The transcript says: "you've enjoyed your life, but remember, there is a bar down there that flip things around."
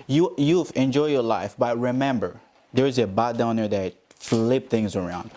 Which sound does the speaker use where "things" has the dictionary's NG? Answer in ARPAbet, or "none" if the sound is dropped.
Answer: NG